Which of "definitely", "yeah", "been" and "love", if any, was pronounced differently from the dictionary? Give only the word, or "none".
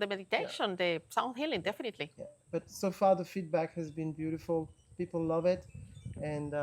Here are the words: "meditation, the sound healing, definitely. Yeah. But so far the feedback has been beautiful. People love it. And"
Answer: none